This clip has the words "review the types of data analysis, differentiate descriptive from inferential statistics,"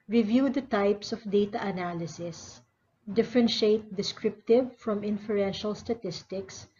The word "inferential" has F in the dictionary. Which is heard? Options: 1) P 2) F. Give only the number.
2